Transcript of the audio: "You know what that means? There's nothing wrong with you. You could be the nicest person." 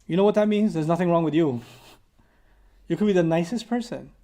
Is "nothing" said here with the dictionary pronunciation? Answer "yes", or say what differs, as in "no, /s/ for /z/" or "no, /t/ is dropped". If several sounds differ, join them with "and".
yes